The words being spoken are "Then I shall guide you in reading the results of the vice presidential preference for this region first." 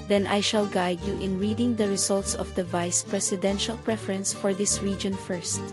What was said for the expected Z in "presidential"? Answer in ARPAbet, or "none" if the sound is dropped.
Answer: S